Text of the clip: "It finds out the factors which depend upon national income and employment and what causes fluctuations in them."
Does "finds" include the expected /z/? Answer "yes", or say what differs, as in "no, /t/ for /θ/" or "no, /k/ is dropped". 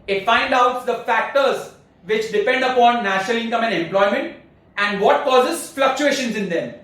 no, /z/ is dropped